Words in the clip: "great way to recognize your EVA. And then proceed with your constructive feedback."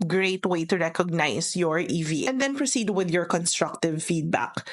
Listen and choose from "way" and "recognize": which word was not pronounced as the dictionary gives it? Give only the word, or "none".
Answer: recognize